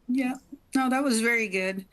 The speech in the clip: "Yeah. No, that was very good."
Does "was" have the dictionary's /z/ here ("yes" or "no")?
yes